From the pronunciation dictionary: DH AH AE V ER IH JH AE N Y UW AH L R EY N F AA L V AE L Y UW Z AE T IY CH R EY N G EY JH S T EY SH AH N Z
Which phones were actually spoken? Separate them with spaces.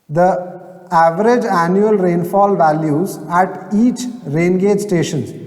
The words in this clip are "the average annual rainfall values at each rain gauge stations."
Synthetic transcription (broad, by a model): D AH AE V ER IH JH AE N Y UW AH L R EY N F AA L V AE L Y UW Z AE T IY CH R EY N G EY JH S T EY SH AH N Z